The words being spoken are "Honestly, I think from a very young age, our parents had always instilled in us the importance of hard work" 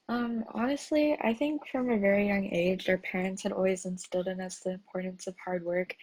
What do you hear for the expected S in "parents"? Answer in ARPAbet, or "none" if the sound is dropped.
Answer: S